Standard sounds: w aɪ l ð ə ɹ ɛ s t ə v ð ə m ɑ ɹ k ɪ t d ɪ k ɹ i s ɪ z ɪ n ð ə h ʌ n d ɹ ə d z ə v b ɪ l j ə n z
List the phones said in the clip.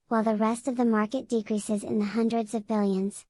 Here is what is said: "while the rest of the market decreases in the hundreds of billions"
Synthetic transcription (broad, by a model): w aɪ l ð ə ɹ ɛ s t ə v ð ə m ɑ ɹ k ɪ t d ɪ k ɹ i s ɪ z ɪ n ð ə h ʌ n d ɹ ə d z ə v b ɪ l j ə n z